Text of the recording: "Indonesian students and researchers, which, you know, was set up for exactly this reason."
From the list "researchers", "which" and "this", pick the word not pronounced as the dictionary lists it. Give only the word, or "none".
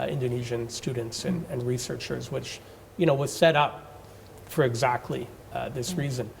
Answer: none